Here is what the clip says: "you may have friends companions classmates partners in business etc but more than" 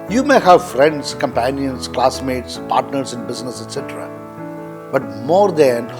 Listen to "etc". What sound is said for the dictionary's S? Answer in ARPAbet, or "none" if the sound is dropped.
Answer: S